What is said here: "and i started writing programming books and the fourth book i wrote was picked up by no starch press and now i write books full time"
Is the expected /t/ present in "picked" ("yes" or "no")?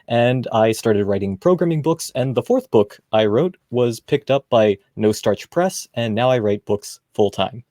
yes